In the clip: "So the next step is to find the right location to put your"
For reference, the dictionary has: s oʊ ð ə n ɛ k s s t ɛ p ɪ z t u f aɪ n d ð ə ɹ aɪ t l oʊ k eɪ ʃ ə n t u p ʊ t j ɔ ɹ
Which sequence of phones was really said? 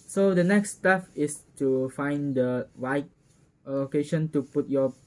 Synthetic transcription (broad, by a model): s oʊ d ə n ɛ k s s t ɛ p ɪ s t u f aɪ n d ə w aɪ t l oʊ k eɪ ʃ ə n t u p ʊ t j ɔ